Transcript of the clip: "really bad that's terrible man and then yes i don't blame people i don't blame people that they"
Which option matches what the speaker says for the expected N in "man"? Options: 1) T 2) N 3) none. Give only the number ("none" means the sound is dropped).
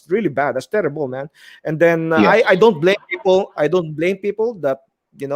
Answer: 2